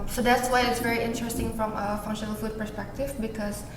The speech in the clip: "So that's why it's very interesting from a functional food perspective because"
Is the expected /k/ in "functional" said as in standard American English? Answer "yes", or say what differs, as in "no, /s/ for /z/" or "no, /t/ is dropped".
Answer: no, /k/ is dropped